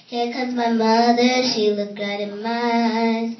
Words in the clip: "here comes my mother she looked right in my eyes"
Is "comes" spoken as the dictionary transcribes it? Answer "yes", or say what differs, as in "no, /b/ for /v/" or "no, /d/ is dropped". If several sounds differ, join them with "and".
no, /m/ is dropped